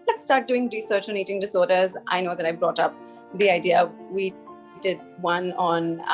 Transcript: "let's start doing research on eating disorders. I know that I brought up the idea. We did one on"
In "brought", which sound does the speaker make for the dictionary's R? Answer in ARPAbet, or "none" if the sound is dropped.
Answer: R